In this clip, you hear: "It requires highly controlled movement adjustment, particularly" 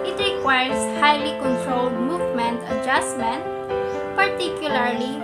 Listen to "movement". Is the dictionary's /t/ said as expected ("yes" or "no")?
yes